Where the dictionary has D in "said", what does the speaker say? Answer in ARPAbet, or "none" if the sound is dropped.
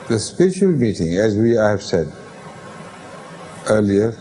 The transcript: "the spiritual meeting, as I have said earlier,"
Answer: D